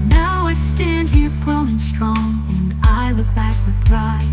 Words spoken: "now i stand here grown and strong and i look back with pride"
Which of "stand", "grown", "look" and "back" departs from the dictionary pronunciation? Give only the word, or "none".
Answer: grown